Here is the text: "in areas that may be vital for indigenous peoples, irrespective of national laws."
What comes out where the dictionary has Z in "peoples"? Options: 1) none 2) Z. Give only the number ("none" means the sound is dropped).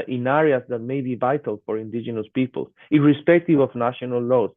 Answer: 1